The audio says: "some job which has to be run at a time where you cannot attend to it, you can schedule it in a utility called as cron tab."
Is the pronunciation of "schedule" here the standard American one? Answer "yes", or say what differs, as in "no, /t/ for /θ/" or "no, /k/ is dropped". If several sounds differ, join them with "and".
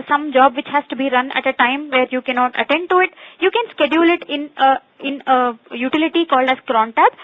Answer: yes